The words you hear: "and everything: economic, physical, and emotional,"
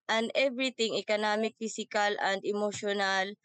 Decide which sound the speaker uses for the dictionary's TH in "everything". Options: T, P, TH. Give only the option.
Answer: T